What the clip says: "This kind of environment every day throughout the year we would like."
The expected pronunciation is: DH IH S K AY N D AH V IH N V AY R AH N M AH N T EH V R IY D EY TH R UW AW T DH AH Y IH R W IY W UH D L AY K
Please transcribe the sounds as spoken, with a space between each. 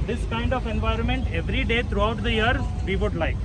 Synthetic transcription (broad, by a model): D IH S K AY N D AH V IH N V AY R AH N M AH N T EH V R IY D EY T R UW AW T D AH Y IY R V IY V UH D L AY K